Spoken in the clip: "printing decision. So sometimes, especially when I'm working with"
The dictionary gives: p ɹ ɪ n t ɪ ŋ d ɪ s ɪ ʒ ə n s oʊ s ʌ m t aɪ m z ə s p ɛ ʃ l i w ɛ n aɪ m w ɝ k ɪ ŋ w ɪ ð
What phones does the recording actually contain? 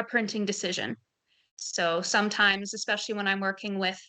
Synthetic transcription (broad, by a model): p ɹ ɪ n t ɪ ŋ d ɪ s ɪ ʒ ə n s oʊ s ʌ m t aɪ m z ə s p ɛ ʃ l i w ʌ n aɪ m w ɝ k ɪ ŋ w ɪ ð